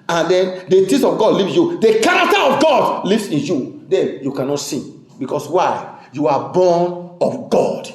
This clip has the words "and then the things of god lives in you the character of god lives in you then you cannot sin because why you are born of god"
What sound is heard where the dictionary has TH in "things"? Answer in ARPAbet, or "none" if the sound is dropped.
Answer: T